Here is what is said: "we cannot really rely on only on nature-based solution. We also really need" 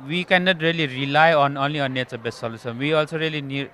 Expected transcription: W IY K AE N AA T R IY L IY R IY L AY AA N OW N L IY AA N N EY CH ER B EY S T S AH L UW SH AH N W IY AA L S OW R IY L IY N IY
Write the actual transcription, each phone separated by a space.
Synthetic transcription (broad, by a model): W IY K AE N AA T R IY L IY R IY L AY AA N OW N L IY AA N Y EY S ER B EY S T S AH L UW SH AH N W IY AA L S OW R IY L IY N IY